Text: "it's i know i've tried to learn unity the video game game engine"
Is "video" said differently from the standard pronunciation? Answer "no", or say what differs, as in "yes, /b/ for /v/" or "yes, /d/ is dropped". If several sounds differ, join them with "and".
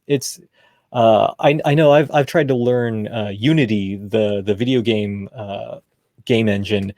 no